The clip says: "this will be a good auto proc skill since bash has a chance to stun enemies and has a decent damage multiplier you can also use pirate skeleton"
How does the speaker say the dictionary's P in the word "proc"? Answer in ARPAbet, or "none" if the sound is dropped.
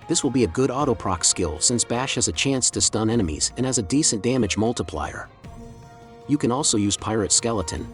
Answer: P